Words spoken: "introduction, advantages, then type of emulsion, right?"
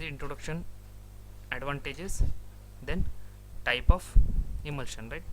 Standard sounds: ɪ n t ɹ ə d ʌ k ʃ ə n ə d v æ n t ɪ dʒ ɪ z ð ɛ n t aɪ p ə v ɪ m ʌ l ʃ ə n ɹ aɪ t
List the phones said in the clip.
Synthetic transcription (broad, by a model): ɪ n t ɹ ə d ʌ k ʃ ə n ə d v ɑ n t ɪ dʒ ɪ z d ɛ n t aɪ p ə f ɪ m ʌ l ʃ ə n ɹ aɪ t